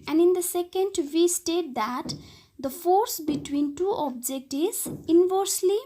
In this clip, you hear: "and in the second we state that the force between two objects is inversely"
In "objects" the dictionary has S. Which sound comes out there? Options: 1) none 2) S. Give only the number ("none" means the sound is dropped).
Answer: 1